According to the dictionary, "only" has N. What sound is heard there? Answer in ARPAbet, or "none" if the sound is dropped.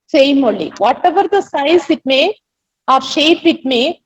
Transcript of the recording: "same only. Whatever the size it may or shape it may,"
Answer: none